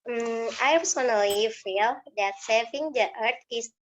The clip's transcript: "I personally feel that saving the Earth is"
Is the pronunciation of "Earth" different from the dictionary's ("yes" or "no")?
yes